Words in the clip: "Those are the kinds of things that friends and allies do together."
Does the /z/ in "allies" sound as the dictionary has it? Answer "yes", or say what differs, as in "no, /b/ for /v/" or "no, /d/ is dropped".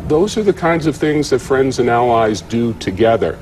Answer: yes